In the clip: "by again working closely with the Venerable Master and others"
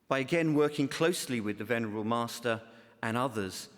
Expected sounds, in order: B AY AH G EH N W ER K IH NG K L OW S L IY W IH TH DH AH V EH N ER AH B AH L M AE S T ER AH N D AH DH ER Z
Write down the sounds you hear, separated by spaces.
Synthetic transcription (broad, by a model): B AY AH G EH N W ER K IH NG K L OW S L IY W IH DH AH V EH N ER AH B AH L M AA S T ER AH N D AH DH ER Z